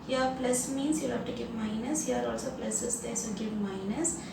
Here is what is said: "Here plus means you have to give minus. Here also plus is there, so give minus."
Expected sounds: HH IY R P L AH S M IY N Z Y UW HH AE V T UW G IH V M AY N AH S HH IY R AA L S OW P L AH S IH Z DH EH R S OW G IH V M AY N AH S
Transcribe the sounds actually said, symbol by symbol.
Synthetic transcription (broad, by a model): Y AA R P L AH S M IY N S Y UW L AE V T UW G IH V M AY N AH S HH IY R AA L S OW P L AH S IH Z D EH S OW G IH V M AY N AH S